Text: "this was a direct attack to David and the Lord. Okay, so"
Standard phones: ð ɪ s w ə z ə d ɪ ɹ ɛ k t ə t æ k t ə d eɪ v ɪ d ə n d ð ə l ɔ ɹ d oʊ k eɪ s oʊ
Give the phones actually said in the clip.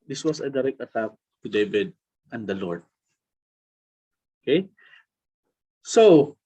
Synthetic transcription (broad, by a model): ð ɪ s w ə s ə d ɪ ɹ ɛ k t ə t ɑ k t ə d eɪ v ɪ d ə n d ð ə l ɔ ɹ d oʊ k eɪ s oʊ